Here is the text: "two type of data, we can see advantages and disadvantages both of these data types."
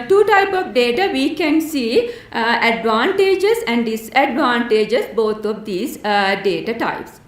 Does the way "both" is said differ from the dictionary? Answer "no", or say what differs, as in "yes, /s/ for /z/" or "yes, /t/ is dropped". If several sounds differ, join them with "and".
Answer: yes, /t/ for /θ/